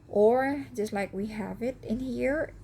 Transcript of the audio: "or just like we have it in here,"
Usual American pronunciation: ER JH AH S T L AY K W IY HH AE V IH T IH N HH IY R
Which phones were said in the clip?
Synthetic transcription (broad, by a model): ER JH AH S T L AY K W IY HH AE V IH T IH N HH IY R